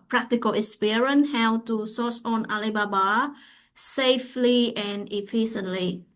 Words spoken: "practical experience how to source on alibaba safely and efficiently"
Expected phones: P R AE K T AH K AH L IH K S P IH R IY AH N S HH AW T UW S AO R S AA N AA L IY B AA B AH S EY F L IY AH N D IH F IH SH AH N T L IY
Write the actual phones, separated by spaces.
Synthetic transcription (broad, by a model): P R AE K T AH K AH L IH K S P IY R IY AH N HH AW T UW S AO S AA N AA L IY B AA B AH S EY F L IY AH N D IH F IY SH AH N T L IY